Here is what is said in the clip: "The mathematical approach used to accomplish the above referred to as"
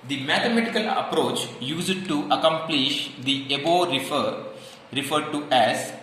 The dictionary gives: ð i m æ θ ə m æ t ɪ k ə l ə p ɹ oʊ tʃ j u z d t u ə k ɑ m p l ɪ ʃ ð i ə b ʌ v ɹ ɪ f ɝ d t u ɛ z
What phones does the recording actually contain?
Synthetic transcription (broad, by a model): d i m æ t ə m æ t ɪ k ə l ə p ɹ oʊ tʃ j u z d t u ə k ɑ m p l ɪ ʃ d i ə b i f ɹ ɪ f ɝ d t u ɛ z